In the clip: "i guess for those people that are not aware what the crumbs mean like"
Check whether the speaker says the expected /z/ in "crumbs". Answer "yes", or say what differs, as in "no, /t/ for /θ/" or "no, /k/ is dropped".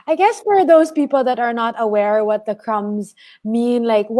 yes